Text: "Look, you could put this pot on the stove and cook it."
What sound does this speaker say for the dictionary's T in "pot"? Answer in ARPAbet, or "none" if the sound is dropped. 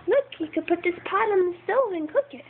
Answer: T